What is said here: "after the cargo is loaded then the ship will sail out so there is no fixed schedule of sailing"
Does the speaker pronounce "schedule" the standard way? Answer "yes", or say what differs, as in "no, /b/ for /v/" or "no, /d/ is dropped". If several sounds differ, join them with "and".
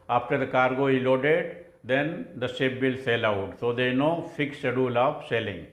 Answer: no, /k/ is dropped